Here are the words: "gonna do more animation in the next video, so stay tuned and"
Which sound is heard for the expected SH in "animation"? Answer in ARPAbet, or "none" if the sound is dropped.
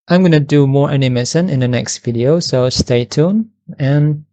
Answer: S